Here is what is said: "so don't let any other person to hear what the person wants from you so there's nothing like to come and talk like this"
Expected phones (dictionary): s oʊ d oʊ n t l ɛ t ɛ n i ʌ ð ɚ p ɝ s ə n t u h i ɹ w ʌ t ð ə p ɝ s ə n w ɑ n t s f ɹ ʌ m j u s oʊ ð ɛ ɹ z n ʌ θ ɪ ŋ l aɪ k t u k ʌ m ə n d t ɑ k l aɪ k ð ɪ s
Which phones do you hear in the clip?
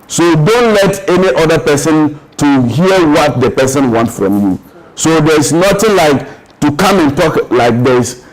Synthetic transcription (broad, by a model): s oʊ d oʊ n t l ɛ t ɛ n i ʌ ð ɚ p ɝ s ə n t u h i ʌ w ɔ t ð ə p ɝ s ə n w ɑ n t f ɹ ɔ m j u s oʊ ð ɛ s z n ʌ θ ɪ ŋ l aɪ k t u k ʌ m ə n t ɑ k l aɪ k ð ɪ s